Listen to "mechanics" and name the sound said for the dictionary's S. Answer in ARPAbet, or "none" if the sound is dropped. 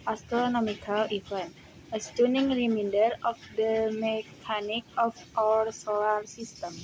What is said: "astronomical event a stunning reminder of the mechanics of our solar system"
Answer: none